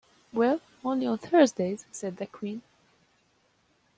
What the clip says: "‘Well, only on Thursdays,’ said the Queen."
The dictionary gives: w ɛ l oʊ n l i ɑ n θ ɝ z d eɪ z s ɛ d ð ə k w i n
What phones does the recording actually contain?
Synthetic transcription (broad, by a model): w ɛ l oʊ n l i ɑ n θ ɝ z d eɪ z s ɛ d ð ə k w i n